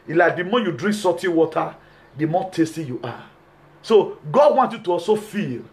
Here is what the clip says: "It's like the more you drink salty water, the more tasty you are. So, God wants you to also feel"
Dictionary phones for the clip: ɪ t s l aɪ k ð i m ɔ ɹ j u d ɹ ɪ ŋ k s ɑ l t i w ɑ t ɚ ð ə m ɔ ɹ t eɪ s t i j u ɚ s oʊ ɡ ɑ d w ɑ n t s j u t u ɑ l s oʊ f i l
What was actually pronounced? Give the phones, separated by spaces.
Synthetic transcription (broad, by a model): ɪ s l aɪ k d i m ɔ j u d ɹ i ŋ k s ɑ t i w ɑ t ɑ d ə m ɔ t eɪ s t i j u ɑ s oʊ ɡ ɑ d w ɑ n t j u t u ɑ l s oʊ f i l